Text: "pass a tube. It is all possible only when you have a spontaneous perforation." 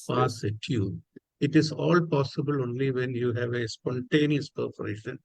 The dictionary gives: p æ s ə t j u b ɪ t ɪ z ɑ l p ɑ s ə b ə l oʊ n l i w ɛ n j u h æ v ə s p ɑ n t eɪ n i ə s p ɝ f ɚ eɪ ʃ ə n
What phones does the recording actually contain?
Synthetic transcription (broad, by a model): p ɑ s ə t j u ɪ t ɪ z ɑ l p ɑ s ə b ə l oʊ n l i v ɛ n j u h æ v ə s p ɑ n t eɪ n i ə s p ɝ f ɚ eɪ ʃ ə n